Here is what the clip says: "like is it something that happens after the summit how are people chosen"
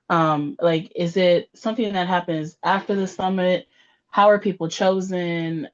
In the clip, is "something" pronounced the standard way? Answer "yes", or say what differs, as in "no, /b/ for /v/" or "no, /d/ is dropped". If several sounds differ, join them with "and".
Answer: yes